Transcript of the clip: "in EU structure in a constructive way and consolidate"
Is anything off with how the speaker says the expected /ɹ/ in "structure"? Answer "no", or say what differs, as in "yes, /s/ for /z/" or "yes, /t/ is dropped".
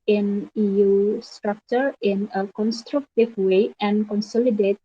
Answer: no